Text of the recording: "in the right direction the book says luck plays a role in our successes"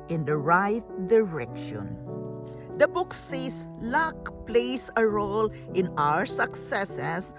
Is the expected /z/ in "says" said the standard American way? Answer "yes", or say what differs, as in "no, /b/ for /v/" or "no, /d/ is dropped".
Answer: no, /s/ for /z/